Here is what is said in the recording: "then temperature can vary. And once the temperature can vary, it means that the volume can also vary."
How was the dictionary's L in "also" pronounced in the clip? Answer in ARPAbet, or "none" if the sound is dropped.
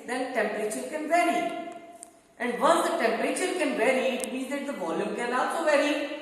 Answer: none